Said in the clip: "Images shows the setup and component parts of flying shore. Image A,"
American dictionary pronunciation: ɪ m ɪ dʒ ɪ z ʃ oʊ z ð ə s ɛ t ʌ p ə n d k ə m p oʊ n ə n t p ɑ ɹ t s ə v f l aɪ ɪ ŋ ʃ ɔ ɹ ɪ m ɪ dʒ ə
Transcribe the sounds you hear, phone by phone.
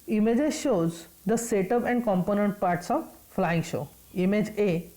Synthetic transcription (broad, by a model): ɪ m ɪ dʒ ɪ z ʃ oʊ z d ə s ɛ t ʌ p ə n d k ə m p oʊ n ə n t p ɑ ɹ t s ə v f l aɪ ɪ ŋ ʃ ɔ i m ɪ dʒ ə